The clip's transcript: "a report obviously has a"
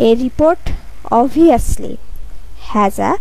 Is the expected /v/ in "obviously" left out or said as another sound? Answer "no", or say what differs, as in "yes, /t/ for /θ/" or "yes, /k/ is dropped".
yes, /v/ is dropped